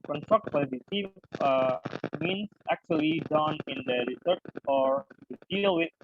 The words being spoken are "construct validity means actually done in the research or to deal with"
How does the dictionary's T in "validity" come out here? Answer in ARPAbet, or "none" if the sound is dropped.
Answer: S